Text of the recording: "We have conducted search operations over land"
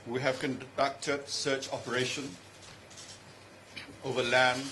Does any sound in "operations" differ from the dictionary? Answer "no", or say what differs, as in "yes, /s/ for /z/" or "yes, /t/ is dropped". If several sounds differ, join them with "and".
yes, /z/ is dropped